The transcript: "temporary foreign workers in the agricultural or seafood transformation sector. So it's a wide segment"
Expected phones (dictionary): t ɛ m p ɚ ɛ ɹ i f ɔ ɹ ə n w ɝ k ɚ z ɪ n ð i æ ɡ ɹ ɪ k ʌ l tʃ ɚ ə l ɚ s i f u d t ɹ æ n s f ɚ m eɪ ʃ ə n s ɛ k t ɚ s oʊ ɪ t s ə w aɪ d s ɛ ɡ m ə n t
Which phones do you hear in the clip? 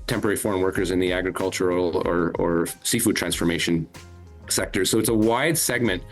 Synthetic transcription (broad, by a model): t ɛ m p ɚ ɛ ɹ i f ɔ ɹ ə n w ɝ k ɚ z ɪ n ð i æ ɡ ɹ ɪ k ʌ l tʃ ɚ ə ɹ ɚ s i f u d t ɹ æ n s f ɚ m eɪ ʃ ə n s ɛ k t ɚ s oʊ ɪ t s ə w aɪ d s ɛ ɡ m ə n t